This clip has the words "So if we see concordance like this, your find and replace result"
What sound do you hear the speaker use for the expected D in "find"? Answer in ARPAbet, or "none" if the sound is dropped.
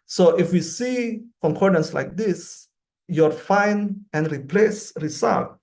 none